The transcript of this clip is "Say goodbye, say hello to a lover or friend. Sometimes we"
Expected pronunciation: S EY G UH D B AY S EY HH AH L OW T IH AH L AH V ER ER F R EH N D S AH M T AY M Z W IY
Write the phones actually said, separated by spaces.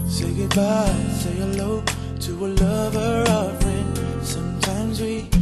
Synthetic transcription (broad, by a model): S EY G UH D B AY S EY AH L OW T IH AH L AH V ER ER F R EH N S AH M T AY M Z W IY